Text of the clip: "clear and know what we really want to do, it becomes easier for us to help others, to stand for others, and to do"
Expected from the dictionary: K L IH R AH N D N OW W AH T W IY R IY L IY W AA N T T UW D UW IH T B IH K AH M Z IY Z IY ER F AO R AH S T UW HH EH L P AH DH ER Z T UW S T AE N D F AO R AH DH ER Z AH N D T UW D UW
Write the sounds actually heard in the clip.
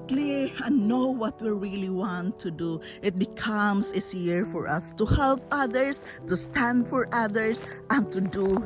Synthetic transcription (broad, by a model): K L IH R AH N N OW W AH T W IY R IY L IY W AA N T T UW D UW IH T B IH K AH M S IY S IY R F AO R AH S T UW HH EH L P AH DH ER S T UW S T AE N D F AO R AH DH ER S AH N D T UW D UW